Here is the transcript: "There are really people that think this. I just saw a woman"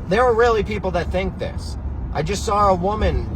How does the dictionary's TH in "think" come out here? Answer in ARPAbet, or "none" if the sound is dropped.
TH